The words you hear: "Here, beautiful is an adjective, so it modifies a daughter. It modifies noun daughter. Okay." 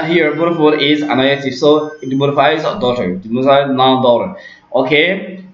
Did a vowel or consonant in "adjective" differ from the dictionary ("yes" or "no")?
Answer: yes